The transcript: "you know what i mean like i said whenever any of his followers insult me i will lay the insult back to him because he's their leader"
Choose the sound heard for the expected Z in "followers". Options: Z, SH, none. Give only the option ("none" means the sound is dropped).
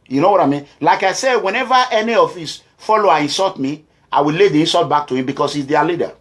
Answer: none